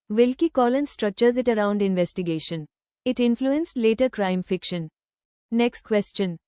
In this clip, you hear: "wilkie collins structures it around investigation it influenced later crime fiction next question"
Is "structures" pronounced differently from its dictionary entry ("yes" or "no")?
no